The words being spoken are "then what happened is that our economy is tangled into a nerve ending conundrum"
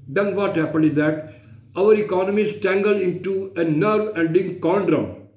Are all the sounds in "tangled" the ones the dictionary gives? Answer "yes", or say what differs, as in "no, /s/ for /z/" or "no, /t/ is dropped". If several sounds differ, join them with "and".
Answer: no, /d/ is dropped